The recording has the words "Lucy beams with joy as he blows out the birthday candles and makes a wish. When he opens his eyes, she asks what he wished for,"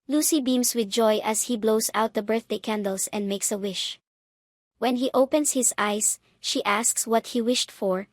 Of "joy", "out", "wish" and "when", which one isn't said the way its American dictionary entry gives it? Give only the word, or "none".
none